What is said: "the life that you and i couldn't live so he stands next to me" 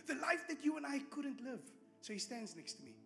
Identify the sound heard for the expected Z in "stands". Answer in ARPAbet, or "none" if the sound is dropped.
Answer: Z